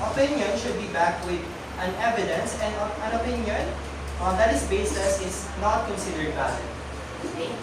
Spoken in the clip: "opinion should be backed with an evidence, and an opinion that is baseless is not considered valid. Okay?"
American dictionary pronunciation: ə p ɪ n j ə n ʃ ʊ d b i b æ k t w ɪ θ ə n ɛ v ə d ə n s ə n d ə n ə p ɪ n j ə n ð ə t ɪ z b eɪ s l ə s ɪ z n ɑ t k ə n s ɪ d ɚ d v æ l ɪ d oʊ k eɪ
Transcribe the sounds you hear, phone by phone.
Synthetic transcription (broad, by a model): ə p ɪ n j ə n ʃ ʊ d b i b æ k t w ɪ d ə n ɛ v ə d ə n s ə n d ə n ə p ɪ n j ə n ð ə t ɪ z b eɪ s ə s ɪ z n ɑ t k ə n s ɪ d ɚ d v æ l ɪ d